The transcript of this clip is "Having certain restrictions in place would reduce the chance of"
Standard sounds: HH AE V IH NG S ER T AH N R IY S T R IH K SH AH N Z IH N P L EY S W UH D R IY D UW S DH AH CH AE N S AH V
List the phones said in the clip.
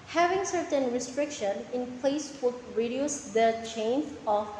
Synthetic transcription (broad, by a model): HH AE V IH NG S ER T AH N R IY S T R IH K SH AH N IH N P L EY S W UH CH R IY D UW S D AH CH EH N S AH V